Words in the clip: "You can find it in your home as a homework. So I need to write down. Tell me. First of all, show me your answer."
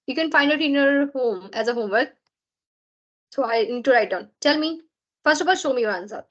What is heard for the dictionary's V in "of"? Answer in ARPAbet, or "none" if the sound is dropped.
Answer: P